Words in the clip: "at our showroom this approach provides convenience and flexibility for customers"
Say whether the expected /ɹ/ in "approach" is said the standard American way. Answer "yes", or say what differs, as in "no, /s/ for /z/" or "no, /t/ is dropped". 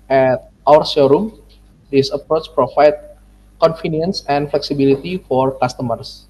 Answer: yes